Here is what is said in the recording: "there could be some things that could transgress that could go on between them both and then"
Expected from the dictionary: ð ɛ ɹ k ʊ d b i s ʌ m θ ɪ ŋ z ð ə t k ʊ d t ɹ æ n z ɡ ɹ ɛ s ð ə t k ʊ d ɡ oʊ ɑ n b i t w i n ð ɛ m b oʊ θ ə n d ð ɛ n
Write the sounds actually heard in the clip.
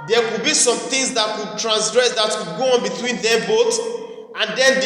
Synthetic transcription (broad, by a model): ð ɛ k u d b i s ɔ m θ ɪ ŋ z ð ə t k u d t ɹ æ n s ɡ ɹ ɛ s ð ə t k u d ɡ oʊ ɑ n b i t w i n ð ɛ b oʊ t ə n d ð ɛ n